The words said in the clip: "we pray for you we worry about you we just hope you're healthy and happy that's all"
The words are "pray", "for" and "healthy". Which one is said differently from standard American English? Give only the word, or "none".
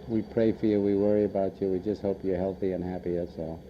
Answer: none